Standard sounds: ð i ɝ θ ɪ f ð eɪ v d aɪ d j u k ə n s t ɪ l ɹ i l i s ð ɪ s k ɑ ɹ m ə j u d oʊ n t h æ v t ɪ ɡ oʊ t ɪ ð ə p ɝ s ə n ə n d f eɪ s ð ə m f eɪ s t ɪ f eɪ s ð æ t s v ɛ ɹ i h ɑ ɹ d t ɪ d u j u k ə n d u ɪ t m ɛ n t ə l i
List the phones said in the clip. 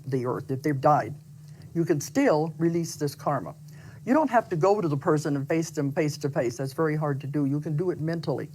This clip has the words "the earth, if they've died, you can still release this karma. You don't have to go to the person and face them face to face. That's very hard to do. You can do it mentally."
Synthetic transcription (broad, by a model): ð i ɝ θ ɪ f ð eɪ v d aɪ d j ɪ k ə n s t ɪ l ɹ i l i s ð ɪ s k ɑ ɹ m ə j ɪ d oʊ n t h æ f t ɪ ɡ oʊ t ɪ ð ə p ɝ s ə n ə n f eɪ s ð ə m f eɪ s t ɪ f eɪ s ð æ t s v ɛ ɹ i h ɑ ɹ d t ɪ d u j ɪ k ə n d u ɪ t m ɛ n t l i